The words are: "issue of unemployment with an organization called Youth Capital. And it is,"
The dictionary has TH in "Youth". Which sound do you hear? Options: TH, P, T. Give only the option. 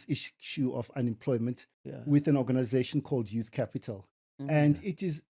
TH